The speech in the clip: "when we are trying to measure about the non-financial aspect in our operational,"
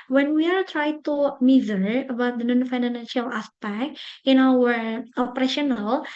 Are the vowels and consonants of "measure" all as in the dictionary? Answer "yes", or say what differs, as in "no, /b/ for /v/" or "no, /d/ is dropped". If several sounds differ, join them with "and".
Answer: no, /z/ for /ʒ/